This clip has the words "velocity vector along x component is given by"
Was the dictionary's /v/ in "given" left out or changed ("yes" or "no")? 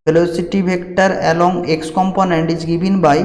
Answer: yes